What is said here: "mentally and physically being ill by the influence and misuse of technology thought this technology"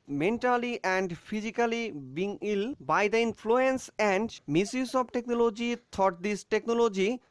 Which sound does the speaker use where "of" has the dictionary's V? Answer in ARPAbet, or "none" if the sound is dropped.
B